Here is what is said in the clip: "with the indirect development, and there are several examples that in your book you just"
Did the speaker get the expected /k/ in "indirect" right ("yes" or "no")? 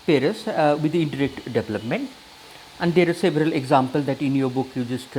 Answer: yes